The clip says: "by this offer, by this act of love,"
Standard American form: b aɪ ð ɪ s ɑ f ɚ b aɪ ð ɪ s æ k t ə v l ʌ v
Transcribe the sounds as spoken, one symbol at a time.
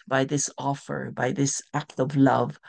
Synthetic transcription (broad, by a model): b aɪ ð ɪ s ɑ f ɚ b aɪ ð ɪ s æ k t ə v l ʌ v